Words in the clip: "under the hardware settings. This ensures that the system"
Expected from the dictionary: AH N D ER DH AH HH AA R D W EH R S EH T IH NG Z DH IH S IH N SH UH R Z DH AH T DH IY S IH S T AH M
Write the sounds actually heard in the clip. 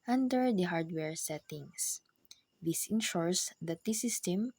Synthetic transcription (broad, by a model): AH N D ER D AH HH AA R D W EH R S EH T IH NG S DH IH S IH N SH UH R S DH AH T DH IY S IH S T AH M